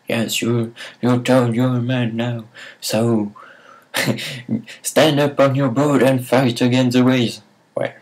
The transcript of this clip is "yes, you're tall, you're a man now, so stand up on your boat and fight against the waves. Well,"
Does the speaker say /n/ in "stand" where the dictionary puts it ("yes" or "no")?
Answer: yes